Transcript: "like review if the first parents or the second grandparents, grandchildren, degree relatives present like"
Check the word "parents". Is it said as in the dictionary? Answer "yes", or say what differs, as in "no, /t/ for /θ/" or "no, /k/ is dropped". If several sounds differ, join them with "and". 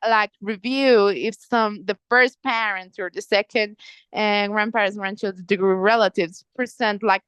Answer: no, /s/ is dropped